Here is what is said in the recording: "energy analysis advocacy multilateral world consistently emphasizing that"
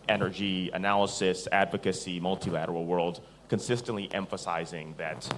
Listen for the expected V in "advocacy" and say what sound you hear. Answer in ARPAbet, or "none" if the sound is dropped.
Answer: V